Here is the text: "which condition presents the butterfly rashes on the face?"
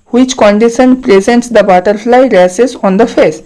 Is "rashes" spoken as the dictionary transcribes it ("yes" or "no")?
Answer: no